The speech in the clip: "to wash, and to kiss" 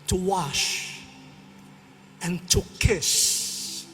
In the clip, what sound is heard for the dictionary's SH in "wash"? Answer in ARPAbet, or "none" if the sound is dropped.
SH